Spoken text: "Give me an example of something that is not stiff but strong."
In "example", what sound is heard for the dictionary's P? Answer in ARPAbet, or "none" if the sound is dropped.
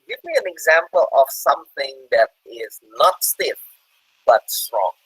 P